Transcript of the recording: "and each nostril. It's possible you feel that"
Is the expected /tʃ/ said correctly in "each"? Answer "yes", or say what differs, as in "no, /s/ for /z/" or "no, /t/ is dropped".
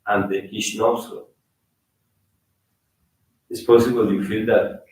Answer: no, /ʃ/ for /tʃ/